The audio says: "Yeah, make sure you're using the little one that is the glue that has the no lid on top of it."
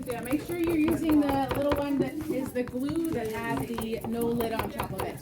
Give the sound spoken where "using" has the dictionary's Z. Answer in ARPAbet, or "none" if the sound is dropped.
Z